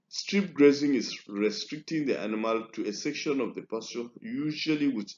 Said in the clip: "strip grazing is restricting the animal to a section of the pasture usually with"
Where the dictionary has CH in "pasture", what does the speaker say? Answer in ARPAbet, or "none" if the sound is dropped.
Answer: none